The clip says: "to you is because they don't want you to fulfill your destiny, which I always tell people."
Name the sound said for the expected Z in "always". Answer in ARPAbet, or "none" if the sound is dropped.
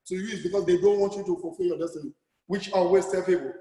S